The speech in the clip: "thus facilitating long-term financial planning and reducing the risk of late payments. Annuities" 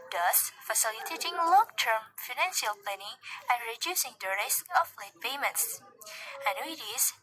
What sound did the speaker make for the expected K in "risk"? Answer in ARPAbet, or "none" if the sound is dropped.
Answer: none